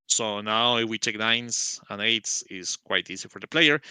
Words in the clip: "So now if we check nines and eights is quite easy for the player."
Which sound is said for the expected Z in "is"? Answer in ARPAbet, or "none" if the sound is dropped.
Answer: S